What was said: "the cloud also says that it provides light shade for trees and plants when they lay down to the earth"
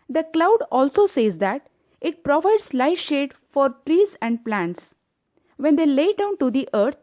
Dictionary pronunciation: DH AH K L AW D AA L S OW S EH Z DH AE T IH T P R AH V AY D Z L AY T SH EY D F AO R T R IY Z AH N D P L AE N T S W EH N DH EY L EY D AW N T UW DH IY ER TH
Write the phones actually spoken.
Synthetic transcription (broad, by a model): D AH K L AW D AA L S OW S EH Z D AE T IH T P R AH V AY D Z L AY SH EY D F AO R T R IY Z AH N D P L AE N T S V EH N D EY L EY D AW N T UW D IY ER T